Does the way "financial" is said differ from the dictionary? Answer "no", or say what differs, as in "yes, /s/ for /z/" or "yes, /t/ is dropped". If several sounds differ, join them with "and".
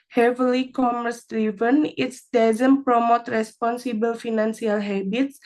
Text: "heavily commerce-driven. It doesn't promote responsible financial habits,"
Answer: yes, /s/ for /ʃ/